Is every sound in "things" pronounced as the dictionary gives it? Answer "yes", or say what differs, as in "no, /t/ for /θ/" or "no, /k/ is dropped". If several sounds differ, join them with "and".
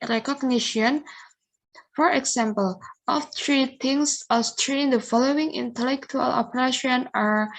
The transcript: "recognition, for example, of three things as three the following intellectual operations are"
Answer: no, /t/ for /θ/ and /s/ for /z/